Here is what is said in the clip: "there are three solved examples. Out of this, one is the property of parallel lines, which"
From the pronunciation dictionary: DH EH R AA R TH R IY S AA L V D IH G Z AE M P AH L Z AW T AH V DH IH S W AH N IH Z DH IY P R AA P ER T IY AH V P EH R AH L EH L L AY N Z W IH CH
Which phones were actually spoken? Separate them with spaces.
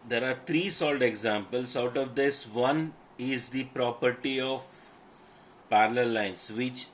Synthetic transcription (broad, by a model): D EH R AA R T R IY S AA L D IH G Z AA M P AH L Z AW T AH V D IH S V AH N IH Z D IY P R AA P ER T IY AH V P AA R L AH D L AY N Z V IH CH